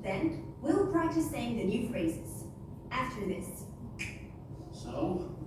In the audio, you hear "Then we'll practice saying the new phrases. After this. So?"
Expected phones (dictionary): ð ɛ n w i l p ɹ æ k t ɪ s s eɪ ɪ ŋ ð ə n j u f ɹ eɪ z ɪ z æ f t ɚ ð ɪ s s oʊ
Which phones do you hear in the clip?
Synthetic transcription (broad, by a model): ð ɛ n w i l p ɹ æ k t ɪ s s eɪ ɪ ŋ ð ə n j u f ɹ eɪ z ɪ z æ f t ɚ ð ɪ s s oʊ